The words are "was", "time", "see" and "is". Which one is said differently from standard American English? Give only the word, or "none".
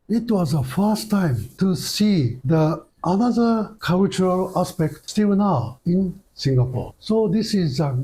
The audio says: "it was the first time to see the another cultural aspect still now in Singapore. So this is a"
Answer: none